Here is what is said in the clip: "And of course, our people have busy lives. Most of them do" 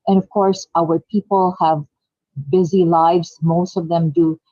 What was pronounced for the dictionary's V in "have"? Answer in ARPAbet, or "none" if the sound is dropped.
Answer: V